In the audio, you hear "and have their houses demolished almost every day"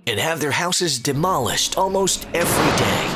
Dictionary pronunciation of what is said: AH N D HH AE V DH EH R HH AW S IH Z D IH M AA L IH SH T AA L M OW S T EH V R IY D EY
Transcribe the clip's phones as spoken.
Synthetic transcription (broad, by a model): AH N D HH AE V DH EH R HH AW S IH Z D IH M AA L IH SH T AA L M OW S T EH V R IY D EY